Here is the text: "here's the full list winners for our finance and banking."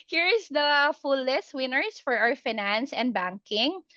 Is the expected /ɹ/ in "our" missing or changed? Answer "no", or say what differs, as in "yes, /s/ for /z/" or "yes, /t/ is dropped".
yes, /w/ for /ɹ/